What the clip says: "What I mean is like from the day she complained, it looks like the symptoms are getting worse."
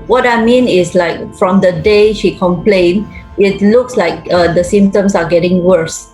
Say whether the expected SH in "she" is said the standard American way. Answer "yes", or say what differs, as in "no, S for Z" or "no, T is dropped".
yes